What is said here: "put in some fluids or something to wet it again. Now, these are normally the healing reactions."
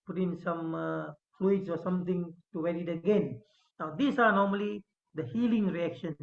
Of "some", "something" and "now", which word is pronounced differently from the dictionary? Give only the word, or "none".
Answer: something